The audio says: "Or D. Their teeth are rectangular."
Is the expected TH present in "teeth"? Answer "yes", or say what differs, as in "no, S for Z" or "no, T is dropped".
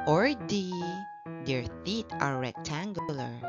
no, T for TH